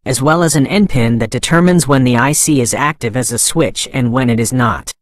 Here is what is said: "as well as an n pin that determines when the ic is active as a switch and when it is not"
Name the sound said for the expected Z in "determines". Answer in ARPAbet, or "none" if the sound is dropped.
Z